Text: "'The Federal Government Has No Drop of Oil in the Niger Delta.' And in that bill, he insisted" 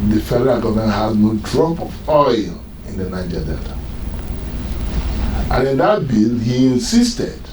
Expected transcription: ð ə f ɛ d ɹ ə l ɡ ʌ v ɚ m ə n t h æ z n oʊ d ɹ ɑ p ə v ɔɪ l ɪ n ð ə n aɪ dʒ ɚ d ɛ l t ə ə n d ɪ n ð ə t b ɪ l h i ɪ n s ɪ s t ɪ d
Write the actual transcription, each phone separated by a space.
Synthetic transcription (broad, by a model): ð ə f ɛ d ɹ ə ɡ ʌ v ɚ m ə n h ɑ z n oʊ d ɹ ɑ p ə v ɔɪ l ɪ n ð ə n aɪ dʒ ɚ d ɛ t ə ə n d ɪ n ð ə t b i l h i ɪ n s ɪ s t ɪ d